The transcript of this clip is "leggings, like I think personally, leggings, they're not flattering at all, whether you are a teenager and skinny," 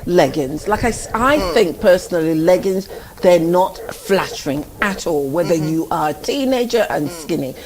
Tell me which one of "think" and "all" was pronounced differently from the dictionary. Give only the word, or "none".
none